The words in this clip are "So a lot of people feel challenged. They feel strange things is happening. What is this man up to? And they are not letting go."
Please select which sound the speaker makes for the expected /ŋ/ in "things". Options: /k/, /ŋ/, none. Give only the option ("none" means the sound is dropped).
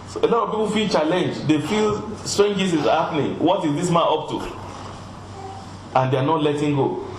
none